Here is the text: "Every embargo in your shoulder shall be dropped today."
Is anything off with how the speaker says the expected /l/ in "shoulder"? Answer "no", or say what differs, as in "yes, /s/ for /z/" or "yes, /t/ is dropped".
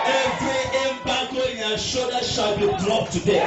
yes, /l/ is dropped